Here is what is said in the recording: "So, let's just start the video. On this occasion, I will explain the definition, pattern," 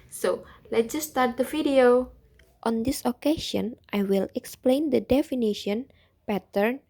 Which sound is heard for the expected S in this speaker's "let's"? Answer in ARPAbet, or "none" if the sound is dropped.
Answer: none